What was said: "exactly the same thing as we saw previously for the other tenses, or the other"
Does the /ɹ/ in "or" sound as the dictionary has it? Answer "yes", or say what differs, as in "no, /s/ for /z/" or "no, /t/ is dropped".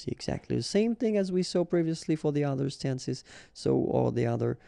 no, /l/ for /ɹ/